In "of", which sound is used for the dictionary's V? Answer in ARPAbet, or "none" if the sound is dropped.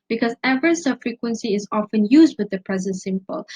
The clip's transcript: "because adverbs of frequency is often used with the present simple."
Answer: B